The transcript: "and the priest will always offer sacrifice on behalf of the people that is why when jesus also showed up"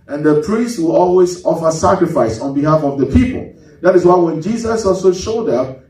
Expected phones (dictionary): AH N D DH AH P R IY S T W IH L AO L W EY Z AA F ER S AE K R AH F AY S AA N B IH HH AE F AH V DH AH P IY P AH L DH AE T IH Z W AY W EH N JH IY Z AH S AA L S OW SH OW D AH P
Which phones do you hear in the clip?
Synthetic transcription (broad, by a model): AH N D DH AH P R IY S T W IH L AO L W EY Z AA F ER S AE K R AH F AY S AA N B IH HH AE F AH V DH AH P IY P AH L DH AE T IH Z W AY W EH N JH IY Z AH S AA L S OW SH OW D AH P